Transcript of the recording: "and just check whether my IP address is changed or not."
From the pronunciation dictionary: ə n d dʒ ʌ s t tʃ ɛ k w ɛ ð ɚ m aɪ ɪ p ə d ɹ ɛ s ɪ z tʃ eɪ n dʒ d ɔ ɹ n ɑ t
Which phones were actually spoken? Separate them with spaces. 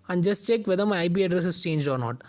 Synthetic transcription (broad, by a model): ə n dʒ ʌ s t tʃ ɛ k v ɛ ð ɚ m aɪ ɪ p ə d ɹ ɛ s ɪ s tʃ eɪ n dʒ ɔ ɹ n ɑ t